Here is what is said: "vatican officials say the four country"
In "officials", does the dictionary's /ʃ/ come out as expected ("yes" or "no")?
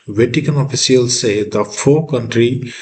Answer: no